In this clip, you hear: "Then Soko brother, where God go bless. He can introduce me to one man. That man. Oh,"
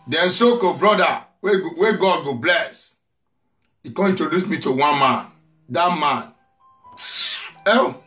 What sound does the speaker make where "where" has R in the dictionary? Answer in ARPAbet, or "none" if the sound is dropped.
W